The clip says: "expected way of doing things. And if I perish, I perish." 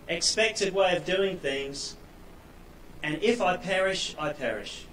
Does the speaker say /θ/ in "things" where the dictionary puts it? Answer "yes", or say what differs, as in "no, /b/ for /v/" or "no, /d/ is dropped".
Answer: yes